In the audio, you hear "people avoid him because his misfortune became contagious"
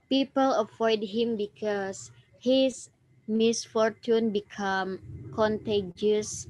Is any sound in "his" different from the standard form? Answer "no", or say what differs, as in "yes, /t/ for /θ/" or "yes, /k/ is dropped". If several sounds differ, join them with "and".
yes, /s/ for /z/